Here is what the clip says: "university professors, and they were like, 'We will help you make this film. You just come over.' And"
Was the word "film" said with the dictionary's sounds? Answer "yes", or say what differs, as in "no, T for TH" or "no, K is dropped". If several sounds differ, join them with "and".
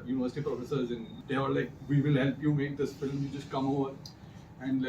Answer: yes